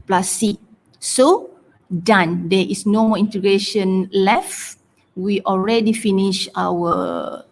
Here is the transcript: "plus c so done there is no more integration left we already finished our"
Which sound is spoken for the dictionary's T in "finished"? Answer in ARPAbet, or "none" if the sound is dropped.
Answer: none